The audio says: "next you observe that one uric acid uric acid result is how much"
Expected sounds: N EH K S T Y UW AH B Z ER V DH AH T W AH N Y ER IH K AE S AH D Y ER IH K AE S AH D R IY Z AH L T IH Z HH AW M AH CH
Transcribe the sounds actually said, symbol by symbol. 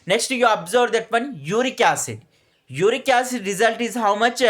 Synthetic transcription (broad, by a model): N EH K S T Y UW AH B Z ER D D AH T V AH N Y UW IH K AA S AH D Y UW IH K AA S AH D R IY Z AH L T IH Z HH AW M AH CH